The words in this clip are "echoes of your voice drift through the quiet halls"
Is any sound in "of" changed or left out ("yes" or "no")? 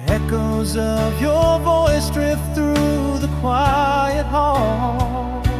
no